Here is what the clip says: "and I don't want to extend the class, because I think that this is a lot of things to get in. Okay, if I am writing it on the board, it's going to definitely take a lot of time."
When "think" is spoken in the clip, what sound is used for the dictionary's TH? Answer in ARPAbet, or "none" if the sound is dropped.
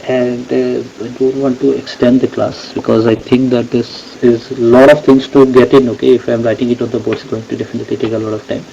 T